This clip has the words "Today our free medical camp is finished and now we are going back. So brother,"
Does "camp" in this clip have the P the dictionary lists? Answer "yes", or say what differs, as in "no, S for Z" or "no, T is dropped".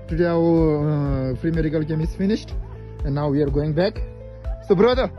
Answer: no, P is dropped